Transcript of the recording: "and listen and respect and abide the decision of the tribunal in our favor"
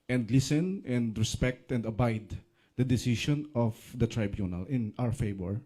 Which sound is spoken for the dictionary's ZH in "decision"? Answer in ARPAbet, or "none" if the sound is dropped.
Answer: SH